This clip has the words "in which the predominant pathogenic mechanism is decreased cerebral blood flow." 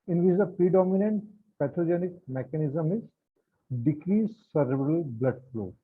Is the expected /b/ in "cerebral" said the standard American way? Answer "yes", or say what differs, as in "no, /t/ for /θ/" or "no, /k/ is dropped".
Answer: no, /b/ is dropped